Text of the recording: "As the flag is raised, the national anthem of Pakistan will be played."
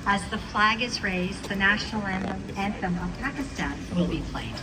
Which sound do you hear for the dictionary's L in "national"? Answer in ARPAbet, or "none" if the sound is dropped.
N